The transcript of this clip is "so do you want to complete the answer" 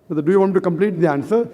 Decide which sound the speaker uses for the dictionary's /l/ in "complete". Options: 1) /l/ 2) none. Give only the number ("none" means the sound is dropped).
1